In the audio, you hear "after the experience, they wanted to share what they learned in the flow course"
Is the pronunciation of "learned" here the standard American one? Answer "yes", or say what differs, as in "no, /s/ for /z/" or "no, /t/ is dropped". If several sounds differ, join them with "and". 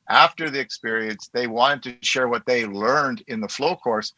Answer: yes